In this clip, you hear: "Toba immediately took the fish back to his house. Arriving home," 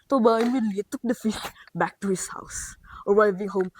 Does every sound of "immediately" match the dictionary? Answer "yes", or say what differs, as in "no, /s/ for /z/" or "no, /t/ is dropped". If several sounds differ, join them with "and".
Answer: no, /l/ is dropped